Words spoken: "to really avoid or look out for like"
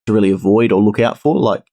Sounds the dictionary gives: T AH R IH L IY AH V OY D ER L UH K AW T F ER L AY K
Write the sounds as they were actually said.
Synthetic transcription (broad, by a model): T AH R IH L IY AH V OY D ER L UH K AW T F ER L AY K